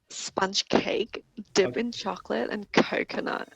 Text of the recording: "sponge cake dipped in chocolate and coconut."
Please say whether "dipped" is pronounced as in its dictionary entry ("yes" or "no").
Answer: no